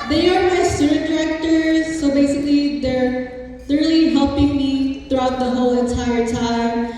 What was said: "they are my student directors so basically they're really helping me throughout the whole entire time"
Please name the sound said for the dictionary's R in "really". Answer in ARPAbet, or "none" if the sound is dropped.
L